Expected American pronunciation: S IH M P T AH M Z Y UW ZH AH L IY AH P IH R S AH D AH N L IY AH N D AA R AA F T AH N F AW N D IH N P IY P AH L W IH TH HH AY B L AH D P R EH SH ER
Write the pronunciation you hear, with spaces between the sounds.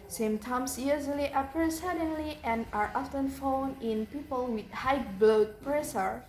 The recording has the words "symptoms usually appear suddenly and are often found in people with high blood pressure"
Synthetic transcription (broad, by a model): S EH M T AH M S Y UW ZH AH L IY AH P R S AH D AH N L IY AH N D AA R AA F T AH N F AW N IH N P IY P AH L W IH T HH AY B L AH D P R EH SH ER